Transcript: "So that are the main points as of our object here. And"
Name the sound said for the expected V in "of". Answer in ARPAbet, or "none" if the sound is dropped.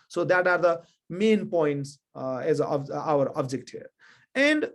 B